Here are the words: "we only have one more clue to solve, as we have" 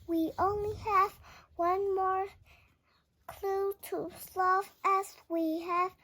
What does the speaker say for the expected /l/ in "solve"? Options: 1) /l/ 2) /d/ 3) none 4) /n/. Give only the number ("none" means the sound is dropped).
3